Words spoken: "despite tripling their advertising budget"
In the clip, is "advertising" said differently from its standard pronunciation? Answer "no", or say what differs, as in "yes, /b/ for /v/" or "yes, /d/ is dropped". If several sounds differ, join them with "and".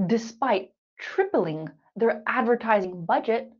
no